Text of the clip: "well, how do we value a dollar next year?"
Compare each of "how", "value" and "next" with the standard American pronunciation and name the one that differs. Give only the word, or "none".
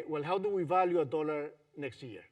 none